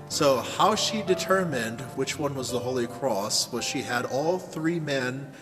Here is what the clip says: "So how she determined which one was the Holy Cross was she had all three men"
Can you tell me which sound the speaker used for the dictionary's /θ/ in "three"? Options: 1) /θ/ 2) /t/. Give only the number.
1